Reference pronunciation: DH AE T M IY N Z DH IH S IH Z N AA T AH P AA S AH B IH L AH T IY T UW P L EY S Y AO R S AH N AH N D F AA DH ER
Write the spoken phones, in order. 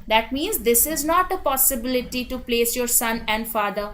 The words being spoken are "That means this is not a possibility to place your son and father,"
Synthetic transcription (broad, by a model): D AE T M IY N Z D IH S IH Z N AA T AH P AA S AH B IH L AH T IY T UW P L EY S Y AO R S AH N AH N D F AA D ER